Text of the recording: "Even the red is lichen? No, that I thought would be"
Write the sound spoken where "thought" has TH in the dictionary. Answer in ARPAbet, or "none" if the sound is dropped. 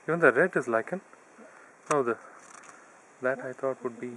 T